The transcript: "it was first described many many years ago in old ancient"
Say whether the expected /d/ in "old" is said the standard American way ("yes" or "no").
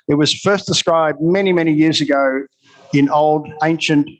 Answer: yes